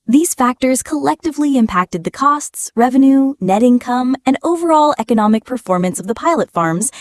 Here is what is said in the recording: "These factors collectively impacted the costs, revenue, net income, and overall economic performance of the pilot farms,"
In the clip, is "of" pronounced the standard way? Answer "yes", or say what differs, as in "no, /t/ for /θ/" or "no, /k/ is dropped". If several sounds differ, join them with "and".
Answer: yes